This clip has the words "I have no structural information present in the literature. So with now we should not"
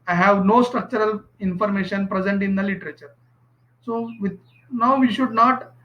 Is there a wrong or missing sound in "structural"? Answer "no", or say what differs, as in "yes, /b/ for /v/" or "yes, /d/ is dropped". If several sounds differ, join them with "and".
no